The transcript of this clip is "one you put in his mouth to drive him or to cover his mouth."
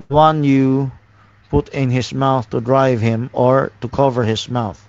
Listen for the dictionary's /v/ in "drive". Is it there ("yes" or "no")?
yes